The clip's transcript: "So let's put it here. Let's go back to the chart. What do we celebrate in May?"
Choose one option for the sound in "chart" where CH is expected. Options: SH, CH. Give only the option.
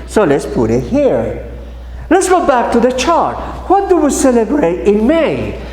CH